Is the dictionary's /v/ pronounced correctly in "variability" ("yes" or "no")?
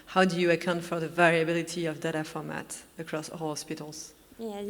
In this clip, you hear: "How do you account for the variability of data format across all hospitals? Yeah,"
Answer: yes